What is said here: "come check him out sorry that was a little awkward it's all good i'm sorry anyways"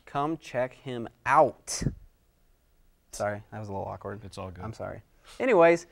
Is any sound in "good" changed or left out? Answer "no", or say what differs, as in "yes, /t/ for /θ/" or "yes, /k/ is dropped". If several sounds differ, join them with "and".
yes, /d/ is dropped